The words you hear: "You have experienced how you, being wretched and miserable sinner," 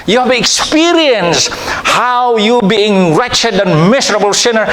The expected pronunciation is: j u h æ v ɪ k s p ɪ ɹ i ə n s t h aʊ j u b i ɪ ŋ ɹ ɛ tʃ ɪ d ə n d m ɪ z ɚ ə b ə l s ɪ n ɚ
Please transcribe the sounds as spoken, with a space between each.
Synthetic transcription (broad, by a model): j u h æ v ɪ k s p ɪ ɹ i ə n s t h aʊ j u b i ɪ ŋ ɹ ɛ tʃ ɪ d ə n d m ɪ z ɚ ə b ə l s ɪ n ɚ